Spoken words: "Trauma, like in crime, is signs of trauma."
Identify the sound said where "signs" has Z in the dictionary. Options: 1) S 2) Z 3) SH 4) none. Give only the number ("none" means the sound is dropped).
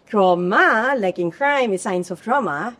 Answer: 1